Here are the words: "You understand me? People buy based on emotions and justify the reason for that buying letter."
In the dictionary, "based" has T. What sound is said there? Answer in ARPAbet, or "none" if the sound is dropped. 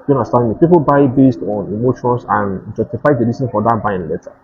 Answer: T